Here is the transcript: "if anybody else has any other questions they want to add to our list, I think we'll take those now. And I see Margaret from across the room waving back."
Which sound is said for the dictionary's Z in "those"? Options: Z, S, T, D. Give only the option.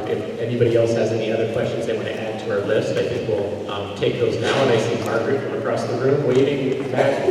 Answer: Z